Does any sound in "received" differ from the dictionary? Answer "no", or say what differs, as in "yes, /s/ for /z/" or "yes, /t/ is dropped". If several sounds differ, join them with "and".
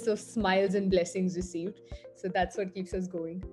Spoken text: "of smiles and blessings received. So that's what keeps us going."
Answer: no